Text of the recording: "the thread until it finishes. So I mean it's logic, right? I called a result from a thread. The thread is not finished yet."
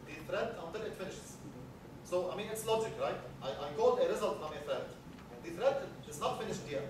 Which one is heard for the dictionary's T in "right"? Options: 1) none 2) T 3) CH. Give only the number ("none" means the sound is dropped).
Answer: 2